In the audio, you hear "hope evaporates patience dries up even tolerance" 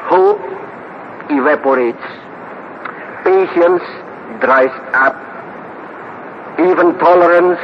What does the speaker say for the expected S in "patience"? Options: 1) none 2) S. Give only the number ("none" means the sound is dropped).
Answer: 2